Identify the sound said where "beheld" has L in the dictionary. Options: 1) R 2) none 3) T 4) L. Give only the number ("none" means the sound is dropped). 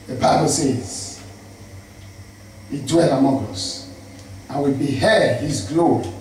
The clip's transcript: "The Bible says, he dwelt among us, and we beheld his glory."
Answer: 2